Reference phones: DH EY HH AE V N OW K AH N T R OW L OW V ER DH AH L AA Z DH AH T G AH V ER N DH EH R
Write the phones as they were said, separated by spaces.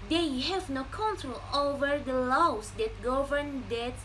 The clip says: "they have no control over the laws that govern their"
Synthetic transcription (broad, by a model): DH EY HH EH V N OW K AH N T R OW L OW V ER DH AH L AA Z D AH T G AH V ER N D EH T